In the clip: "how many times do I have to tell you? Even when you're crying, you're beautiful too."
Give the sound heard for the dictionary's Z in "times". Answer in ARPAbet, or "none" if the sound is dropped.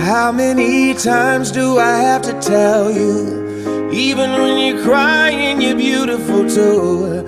Z